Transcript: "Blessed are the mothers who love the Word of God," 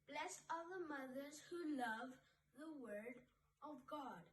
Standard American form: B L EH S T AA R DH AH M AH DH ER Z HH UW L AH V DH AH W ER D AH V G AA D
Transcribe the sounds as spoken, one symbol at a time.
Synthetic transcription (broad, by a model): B L EH S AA L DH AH M AH DH ER Z HH UW L AH V DH AH W ER D AH V G AA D